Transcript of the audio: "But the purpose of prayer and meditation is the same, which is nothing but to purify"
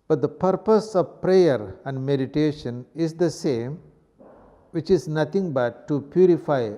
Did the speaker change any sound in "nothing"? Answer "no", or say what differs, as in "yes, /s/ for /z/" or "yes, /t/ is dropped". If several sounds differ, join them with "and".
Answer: yes, /t/ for /θ/